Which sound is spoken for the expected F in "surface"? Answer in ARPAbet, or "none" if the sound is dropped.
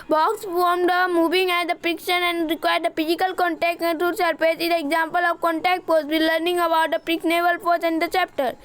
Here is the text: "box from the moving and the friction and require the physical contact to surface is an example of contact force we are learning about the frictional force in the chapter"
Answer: P